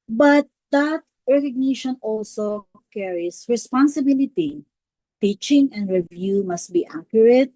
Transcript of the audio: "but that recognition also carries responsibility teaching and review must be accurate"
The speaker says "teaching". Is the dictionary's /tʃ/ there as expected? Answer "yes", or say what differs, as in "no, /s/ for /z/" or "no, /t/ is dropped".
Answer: yes